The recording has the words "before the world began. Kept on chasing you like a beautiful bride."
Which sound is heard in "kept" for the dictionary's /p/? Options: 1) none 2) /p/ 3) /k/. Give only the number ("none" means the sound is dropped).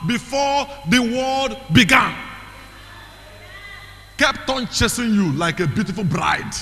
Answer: 2